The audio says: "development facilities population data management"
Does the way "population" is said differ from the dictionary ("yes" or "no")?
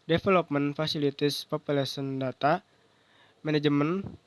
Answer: yes